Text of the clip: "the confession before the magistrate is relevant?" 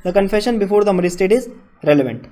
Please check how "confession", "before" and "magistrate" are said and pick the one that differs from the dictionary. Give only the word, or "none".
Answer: magistrate